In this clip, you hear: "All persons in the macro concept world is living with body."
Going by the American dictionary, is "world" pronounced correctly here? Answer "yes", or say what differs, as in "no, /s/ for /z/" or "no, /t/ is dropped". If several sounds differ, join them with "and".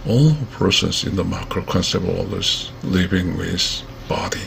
no, /d/ is dropped